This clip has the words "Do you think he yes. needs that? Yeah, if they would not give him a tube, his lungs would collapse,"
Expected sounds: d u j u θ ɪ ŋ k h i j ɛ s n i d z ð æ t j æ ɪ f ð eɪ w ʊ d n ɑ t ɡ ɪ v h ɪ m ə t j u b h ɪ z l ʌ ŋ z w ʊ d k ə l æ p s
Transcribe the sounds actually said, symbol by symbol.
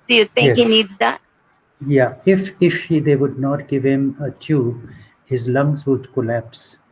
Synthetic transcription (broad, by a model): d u j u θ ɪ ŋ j h i n i d z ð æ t j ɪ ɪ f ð eɪ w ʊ d n ɑ t ɡ ɪ v h ɪ m ə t j u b h ɪ z l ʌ ŋ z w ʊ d k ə l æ p s